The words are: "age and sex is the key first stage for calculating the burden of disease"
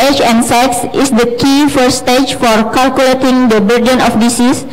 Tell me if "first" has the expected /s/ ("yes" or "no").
no